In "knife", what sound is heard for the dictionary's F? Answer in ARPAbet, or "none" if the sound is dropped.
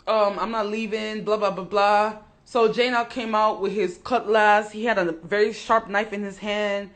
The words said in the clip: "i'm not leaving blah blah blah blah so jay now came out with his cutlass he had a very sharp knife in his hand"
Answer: F